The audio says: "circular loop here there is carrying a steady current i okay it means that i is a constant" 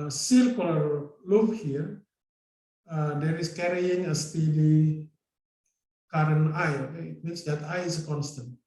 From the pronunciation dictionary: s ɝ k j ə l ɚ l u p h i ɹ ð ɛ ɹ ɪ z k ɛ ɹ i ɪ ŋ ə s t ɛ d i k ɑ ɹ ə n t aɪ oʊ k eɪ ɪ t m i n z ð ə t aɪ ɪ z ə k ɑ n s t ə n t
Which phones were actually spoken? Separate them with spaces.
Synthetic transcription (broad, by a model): s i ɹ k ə l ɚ l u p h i ɹ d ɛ ɹ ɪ s k ɛ ɹ i ɪ ŋ ə s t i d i k ɑ ɹ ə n aɪ oʊ k eɪ ɪ t m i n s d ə t aɪ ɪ s ə k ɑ n s t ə n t